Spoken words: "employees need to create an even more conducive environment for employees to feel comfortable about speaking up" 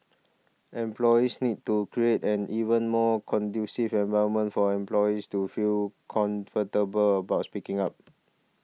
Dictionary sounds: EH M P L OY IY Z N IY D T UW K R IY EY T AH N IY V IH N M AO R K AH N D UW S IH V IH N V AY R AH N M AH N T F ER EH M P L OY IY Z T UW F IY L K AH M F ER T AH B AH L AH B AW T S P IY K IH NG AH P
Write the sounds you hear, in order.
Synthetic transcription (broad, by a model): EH M P L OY IY S N IY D T UW K R IY EY T AH N IY V IH N M AO K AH N D UW S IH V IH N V AY AH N M AH N T F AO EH M P L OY IY S T UW F IY L K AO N F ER T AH B AH L AH B AW T S P IY K IH NG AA P